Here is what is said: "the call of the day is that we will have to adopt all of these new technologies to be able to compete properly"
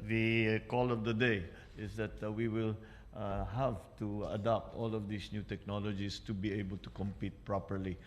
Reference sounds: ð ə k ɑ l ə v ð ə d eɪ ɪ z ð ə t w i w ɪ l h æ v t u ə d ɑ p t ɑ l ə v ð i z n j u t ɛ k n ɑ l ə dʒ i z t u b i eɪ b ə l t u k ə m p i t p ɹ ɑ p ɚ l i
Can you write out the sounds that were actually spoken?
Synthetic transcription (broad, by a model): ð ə k ɑ l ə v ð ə d eɪ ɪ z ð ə t w i w ɪ l h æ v t u ə d ɑ p t ɑ l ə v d i s n j u t ɛ k n ɑ l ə dʒ i s t u b i eɪ b ə l t u k ə m p i t p ɹ ɑ p ɚ l i